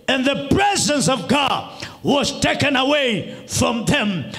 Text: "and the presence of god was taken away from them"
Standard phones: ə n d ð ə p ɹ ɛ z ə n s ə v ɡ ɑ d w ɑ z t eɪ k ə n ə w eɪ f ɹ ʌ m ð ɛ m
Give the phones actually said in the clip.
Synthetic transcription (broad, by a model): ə n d ð ə p ɹ ɛ z ə n s ə v ɡ ɑ d w ɑ z t eɪ k ə n ə w eɪ f ɹ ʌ m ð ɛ m